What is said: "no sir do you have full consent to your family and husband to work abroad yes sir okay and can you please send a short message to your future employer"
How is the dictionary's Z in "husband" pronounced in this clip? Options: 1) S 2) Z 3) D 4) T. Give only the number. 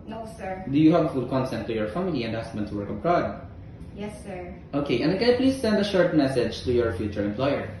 1